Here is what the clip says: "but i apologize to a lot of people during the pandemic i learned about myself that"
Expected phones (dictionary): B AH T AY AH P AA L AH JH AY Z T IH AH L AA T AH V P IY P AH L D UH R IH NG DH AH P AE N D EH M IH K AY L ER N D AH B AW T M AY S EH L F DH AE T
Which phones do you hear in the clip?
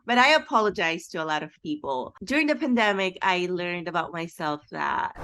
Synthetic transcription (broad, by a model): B AH T AY AH P AA L AH JH AY Z T IH AH L AA T AH V P IY P L D UH R IH NG DH AH P AE N D EH M IH K AY L ER N D AH B AW T M AY S EH L F DH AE T